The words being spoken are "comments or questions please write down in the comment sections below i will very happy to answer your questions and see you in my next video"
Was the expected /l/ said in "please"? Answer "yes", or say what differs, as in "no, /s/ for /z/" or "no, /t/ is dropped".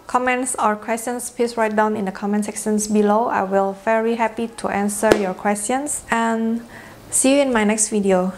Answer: no, /l/ is dropped